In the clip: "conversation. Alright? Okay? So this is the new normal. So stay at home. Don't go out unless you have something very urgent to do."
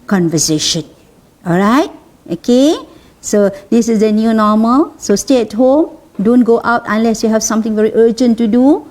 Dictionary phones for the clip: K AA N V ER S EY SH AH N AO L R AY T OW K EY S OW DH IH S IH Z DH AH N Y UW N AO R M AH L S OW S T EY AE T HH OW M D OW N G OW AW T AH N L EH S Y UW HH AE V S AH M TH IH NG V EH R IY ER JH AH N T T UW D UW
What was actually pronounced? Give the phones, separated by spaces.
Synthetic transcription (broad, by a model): K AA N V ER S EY SH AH N AO L R AY T OW K EY S OW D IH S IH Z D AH N Y UW N AO M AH L S OW S T EY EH T HH OW M D OW N G OW AW T AH N L EH S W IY HH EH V S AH M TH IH NG V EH R IY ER JH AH N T T UW D UW